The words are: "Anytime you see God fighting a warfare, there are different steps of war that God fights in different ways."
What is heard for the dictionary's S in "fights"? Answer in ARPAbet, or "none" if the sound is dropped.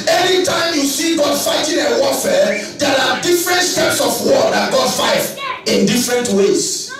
none